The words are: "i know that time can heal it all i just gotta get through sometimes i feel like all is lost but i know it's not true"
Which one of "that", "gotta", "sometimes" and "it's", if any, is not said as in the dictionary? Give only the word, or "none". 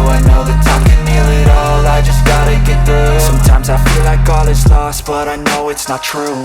none